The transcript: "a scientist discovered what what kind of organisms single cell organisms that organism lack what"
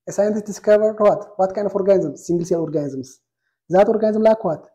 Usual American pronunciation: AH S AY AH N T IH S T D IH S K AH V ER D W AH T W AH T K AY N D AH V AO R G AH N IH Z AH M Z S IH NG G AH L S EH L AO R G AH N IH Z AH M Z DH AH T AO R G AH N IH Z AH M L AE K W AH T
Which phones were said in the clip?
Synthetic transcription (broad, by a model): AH S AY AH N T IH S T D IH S K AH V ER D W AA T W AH T K AY N D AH F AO R G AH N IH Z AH M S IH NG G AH L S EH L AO R G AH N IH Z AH M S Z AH T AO R G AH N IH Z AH M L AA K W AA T